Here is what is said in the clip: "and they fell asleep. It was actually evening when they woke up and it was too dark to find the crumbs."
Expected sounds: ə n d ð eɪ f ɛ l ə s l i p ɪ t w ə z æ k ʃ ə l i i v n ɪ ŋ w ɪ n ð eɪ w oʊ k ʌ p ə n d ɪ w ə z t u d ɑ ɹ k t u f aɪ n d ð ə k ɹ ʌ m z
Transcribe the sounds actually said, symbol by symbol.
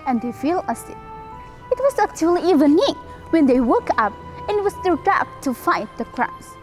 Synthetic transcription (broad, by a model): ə n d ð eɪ f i l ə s i ɪ t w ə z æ k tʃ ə l i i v n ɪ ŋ w ɪ n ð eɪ w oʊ k ʌ p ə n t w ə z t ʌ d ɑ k t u f aɪ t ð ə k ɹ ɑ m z